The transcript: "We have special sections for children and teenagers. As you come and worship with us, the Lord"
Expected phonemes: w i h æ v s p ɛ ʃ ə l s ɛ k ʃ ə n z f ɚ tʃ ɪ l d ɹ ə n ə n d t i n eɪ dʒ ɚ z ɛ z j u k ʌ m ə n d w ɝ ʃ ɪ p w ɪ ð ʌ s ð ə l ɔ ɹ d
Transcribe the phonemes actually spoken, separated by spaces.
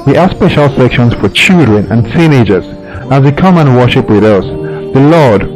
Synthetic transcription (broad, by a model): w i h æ s p ɛ ʃ ə l s ɛ k ʃ ə n z f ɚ tʃ ɪ l d ɹ ə n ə n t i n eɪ dʒ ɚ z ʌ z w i k ʌ m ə n w ɝ ʃ ɪ p w ɪ ð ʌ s ð ə l ɔ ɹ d